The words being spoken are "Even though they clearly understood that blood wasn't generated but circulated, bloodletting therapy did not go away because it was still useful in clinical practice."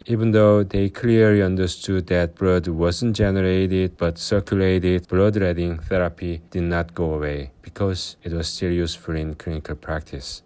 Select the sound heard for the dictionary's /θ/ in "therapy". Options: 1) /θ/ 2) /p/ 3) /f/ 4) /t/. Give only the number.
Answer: 1